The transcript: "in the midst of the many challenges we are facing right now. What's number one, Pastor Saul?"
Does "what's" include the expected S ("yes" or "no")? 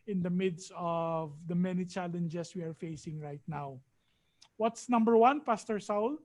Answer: yes